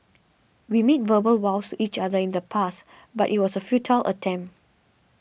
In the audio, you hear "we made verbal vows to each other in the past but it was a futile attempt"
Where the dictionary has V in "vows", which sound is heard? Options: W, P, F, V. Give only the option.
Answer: W